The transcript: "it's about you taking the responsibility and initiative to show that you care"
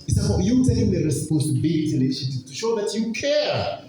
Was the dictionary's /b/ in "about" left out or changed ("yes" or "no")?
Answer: yes